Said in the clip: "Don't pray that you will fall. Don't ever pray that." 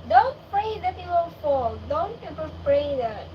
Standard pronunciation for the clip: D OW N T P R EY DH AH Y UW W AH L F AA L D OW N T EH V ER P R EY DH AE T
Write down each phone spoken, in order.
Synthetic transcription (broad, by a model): D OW N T P R EY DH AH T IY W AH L F AA L D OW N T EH P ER P R EY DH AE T